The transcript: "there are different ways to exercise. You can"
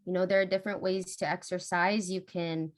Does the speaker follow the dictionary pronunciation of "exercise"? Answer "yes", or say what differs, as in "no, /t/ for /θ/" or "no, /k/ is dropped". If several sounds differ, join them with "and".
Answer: yes